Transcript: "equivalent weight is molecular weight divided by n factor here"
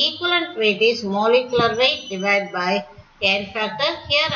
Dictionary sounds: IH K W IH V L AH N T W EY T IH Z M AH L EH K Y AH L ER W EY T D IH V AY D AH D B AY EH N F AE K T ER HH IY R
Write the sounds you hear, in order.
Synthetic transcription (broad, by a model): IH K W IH L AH N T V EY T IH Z M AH L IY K Y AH L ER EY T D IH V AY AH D B AY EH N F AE T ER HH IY R